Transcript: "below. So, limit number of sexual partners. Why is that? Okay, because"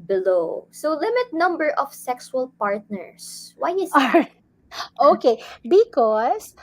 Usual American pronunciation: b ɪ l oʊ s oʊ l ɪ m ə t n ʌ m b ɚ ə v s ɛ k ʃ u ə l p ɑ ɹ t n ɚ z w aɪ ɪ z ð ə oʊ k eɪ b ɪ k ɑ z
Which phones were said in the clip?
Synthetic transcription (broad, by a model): b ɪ l oʊ s oʊ l ɪ m ə t n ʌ m b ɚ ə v s ɛ k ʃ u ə l p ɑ ɹ t n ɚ s w aɪ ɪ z oʊ k eɪ b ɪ k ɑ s